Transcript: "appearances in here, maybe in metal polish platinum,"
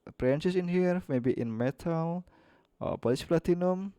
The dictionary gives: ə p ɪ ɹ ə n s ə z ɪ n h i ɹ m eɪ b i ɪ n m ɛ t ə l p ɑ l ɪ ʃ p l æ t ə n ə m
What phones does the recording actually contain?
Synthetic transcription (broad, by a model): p ɹ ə n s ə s ɪ n h i ɹ m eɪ b i ɪ n m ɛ t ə l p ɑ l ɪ s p l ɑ t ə n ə m